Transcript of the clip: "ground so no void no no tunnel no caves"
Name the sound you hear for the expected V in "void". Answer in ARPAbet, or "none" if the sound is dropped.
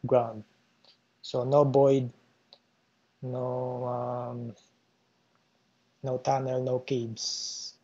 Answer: B